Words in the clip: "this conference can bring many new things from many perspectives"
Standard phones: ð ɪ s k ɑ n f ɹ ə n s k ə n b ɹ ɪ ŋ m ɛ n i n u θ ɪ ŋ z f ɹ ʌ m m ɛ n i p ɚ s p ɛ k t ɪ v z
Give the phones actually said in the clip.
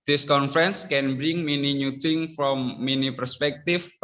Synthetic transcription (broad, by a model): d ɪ s k ɑ n f ɹ ə n s k ə n b ɹ ɪ ŋ m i n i n u t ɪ ŋ f ɹ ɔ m m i n i p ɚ s p ɛ k t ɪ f